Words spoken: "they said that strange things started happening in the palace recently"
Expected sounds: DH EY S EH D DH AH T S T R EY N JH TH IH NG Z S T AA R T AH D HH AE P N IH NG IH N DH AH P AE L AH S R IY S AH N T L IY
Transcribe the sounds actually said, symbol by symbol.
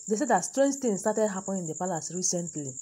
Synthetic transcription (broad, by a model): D EY S EH D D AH T S T R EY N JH T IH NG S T AA T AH D HH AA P IH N IH N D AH P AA L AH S R IY S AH N T L IY